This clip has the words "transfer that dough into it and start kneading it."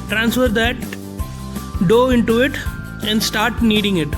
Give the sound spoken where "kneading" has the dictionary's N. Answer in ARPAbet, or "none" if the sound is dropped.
N